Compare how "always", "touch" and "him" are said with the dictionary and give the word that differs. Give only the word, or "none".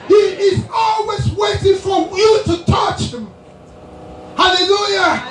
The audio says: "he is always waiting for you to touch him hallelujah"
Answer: none